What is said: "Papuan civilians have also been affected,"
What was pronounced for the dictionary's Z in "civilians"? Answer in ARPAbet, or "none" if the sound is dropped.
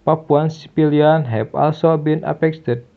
none